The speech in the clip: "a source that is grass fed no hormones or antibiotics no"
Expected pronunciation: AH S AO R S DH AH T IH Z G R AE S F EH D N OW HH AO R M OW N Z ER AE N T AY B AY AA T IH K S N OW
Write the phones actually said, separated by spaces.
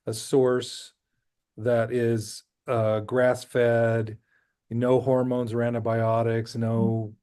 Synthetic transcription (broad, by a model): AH S AO R S DH AH T IH Z G R AE S F EH D N OW HH AO R M OW N Z ER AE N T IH B AY AA T IH K S N OW